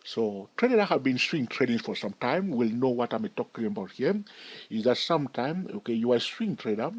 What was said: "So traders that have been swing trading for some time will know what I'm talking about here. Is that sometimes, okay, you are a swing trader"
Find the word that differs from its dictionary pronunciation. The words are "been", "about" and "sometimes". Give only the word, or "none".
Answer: sometimes